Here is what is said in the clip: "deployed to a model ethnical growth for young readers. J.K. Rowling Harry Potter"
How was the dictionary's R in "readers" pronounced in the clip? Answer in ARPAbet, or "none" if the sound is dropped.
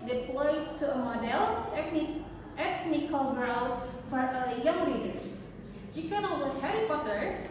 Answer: L